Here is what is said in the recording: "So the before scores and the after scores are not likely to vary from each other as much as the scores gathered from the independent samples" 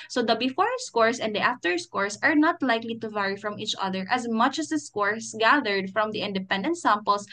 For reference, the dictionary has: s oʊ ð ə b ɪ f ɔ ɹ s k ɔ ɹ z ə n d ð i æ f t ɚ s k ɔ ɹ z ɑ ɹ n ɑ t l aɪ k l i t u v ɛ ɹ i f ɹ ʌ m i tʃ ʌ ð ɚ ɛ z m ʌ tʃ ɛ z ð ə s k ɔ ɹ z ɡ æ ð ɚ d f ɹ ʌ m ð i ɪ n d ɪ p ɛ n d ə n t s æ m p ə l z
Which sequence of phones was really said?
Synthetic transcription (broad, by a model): s oʊ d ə b ɪ f ɔ ɹ s k ɔ ɹ s ə n d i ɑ f t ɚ s k ɔ ɹ s ɑ ɹ n ɑ t l aɪ k l i t u v ɛ ɹ i f ɹ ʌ m i tʃ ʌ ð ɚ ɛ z m ʌ tʃ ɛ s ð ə s k ɔ ɹ s ɡ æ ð ɚ d f ɹ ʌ m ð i ɪ n d ɪ p ɛ n d ə n t s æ m p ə l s